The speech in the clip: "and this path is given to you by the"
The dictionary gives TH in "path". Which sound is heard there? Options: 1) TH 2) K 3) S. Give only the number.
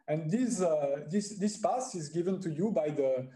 3